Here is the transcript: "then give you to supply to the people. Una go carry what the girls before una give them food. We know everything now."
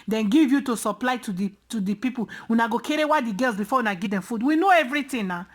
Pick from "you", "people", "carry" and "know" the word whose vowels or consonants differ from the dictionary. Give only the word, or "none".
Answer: people